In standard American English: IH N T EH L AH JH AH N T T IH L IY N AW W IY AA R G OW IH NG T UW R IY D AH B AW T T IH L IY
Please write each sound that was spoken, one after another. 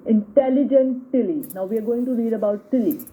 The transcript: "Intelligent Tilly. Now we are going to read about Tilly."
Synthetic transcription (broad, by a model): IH N T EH L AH JH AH N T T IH L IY N AW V IY AA R G OW IH NG T UW R IY D AH B AW T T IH L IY